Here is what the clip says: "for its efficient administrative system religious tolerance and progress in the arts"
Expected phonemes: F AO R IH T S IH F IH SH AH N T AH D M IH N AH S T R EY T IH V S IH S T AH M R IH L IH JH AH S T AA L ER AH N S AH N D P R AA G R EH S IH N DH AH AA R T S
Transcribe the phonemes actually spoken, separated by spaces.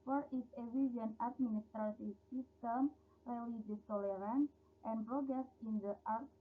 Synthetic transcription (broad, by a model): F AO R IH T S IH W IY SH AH N AH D M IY N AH S T R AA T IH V S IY S T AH M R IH L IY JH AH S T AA L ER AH N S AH N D P R AA G R EH S IH N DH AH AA R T